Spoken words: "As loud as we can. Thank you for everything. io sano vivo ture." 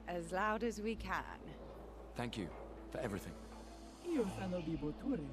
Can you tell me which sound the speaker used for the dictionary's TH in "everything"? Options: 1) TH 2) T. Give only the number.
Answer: 1